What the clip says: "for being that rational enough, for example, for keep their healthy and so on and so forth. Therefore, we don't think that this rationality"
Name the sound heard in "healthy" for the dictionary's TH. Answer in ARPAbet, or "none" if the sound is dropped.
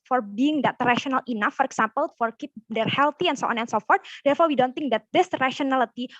T